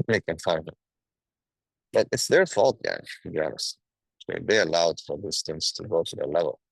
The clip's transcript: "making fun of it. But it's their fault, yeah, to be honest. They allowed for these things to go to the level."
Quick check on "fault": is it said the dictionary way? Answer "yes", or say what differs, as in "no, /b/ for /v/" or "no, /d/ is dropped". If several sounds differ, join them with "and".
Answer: yes